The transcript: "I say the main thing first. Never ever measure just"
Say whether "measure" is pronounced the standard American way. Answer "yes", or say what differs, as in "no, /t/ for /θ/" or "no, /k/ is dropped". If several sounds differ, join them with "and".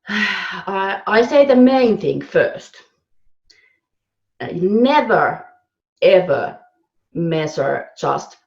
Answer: no, /s/ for /ʒ/